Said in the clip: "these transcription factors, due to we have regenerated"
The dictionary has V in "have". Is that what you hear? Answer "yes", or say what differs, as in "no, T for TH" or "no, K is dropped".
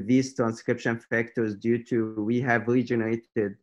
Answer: yes